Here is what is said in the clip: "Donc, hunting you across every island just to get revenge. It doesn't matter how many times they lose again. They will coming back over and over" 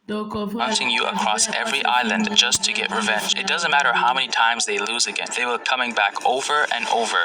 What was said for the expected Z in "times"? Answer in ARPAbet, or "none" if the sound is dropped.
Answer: Z